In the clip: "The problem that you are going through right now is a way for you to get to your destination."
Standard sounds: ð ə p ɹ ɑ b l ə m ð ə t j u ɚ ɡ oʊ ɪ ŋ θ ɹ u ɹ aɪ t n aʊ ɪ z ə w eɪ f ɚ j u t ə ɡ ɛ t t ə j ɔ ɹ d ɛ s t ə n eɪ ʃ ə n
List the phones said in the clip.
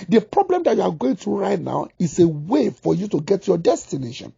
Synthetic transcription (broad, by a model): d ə p ɹ ɑ b l ə m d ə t j u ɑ ɡ oʊ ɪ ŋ t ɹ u ɹ aɪ t n aʊ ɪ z ə w eɪ f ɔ j u t ə ɡ ɛ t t j ɔ d ɛ s t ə n eɪ ʃ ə n